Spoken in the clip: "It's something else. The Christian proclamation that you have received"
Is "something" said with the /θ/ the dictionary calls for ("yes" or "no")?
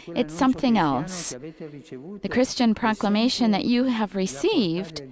yes